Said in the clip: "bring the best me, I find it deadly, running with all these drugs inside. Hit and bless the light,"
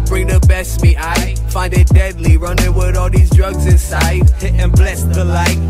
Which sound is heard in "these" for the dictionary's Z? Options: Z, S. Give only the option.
Z